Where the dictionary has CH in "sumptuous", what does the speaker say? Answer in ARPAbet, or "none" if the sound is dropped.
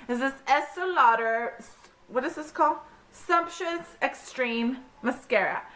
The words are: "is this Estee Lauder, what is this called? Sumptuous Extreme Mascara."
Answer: SH